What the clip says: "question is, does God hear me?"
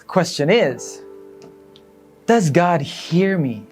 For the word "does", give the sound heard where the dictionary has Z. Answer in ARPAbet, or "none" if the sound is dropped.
Z